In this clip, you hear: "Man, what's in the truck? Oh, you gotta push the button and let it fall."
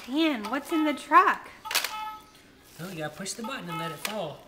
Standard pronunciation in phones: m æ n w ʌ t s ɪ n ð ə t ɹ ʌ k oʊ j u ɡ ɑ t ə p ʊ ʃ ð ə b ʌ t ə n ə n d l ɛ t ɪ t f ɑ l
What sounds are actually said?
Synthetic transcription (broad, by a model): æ n w ʌ t s ɪ n ð ə t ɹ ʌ k oʊ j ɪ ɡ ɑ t p ʊ ʃ ð ə b ʌ t n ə n l ɛ t ɪ t f ɑ l